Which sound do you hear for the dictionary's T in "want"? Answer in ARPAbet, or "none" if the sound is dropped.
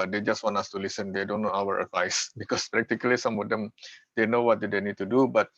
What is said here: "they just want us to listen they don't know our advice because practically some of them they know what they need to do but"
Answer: none